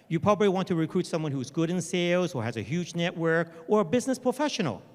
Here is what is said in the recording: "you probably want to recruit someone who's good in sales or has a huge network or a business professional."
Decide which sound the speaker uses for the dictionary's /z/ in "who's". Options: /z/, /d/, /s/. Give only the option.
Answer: /z/